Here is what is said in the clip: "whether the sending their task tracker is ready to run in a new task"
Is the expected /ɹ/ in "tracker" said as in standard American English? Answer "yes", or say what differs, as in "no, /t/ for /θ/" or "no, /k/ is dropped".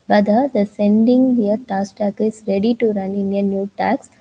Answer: no, /ɹ/ is dropped